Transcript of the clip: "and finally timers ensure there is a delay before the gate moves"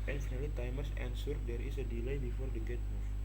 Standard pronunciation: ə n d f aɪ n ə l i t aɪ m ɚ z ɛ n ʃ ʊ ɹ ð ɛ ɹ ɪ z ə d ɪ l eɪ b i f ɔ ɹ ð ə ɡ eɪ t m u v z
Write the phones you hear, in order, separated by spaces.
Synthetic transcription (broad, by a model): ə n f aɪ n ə l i t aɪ m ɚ s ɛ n s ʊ ɹ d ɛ ɹ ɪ s ə d ɪ l eɪ b i f ɔ ɹ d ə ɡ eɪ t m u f